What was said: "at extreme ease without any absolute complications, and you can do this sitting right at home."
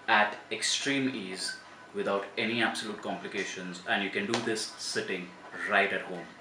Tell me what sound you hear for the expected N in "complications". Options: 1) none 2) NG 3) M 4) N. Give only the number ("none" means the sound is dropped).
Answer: 4